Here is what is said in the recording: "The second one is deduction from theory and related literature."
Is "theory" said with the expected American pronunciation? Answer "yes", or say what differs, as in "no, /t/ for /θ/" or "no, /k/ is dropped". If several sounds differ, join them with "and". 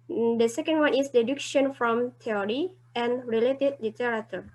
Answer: no, /t/ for /θ/